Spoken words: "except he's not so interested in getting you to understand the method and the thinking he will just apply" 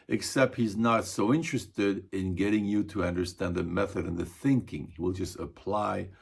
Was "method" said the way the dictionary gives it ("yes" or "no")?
yes